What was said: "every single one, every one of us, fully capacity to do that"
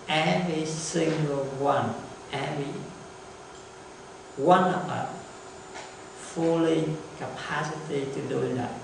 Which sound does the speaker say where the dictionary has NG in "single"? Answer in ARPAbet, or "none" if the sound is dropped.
NG